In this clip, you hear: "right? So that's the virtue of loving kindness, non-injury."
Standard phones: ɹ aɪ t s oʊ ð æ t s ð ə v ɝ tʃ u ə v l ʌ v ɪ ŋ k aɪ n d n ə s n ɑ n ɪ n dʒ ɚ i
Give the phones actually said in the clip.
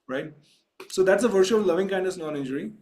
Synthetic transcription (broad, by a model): ɹ aɪ t s oʊ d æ t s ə v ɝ ʃ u ə v l ʌ v ɪ ŋ k aɪ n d ə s n ɑ n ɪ n dʒ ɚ i